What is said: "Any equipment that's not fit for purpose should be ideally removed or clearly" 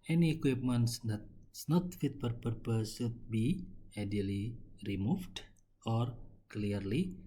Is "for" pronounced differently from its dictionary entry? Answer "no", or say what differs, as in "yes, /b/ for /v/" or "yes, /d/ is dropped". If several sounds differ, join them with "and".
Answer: yes, /p/ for /f/